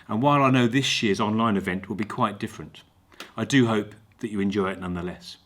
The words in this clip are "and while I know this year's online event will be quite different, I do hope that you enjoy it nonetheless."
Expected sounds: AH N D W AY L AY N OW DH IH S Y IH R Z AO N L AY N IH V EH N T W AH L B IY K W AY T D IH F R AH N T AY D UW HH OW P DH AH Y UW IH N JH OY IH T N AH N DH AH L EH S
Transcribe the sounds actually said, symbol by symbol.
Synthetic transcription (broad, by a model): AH N W AY L AY N OW DH IH S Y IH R Z AO N L AY N IH V EH N T W AH L B IY K W AY T D IH F R AH N T AY D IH HH OW P DH AH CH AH IH N JH OY IH T N AH N DH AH L EH S